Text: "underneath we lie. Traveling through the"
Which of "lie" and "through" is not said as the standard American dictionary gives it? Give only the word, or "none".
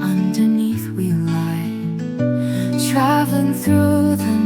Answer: none